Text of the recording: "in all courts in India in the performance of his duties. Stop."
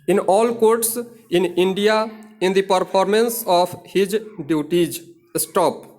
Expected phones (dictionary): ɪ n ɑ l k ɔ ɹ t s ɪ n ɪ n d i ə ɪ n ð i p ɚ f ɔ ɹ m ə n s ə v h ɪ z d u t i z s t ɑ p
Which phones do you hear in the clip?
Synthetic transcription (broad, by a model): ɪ n ɑ l k ɔ ɹ t s ɪ n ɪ n d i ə ɪ n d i p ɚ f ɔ ɹ m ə n s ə p h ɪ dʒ d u t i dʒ s t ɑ p